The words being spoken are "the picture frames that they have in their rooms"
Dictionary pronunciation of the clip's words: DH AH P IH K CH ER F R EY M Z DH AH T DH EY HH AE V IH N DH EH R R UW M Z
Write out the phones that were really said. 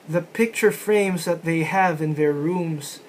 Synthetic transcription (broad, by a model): DH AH P IH K CH ER F R EY M Z DH AH T DH EY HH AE V IH N DH EH R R UW M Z